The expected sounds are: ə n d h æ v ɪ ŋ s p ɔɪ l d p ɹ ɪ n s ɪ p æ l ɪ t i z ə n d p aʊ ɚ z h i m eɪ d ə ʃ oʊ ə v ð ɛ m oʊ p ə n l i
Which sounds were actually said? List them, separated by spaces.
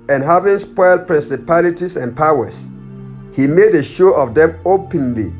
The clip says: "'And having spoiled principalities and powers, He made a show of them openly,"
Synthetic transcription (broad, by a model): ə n h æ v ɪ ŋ s p ɔɪ l d p ɹ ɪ n s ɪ p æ l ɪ t i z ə n p aʊ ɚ s h i m eɪ d ə ʃ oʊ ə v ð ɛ m oʊ p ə n l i